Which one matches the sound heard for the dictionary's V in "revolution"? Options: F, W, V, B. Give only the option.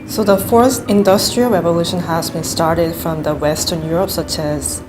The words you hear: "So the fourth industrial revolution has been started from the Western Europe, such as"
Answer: V